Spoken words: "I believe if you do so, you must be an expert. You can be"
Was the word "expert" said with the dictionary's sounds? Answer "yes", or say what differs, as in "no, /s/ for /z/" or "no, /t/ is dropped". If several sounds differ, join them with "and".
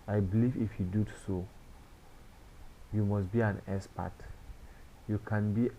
no, /k/ is dropped